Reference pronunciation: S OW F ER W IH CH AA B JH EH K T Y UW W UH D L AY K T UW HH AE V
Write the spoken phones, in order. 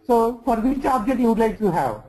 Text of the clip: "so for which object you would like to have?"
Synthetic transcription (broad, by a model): S OW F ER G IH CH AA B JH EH T Y UW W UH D L AY K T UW HH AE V